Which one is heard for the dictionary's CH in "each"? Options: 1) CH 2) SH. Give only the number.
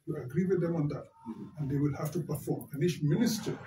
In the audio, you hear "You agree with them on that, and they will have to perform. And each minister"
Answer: 2